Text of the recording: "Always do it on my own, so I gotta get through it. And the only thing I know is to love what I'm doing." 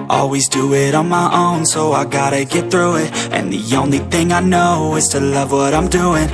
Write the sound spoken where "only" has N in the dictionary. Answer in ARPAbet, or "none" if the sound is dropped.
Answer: N